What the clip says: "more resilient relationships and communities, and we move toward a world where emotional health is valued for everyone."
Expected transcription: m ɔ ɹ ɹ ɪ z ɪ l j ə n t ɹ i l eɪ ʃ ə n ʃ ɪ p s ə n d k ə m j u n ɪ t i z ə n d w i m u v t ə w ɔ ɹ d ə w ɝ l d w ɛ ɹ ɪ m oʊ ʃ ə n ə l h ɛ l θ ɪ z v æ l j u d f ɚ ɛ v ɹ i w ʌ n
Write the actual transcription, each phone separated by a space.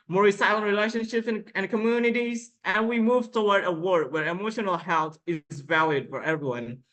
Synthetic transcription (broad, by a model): m ɔ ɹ ɹ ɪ s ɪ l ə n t ɹ i l eɪ ʃ ə n ʃ ɪ p s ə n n k ə m j u n ɪ t i z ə n w i m u v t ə w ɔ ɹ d ə w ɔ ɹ d w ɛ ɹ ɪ m oʊ ʃ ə n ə l h ɛ l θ ɪ z v æ l j u d f ɚ ɛ v ɹ i w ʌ n